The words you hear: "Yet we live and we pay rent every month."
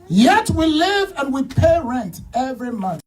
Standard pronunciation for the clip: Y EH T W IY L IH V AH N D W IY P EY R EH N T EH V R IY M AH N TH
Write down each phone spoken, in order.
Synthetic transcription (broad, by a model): Y EH T W IY L IH V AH N W IY P EY R EH N T EH V R IY M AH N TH